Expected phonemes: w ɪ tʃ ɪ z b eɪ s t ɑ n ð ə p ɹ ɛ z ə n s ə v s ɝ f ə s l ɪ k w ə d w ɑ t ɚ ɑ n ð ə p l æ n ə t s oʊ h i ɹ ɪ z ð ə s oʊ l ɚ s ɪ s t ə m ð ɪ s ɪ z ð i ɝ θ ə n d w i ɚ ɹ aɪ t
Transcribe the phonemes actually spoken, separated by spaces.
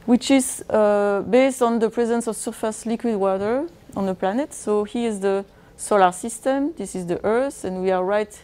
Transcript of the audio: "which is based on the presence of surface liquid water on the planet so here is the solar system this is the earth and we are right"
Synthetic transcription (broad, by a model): w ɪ tʃ ɪ z b eɪ s t ɑ n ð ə p ɹ ɛ z ə n s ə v s ɝ f ə s l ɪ k w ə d w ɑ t ɚ ɑ n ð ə p l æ n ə t s oʊ h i ɪ z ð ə s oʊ l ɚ s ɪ s t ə m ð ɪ s ɪ z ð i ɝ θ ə n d w i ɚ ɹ aɪ t